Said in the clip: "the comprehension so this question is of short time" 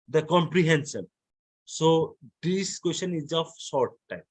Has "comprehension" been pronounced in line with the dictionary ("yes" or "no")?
no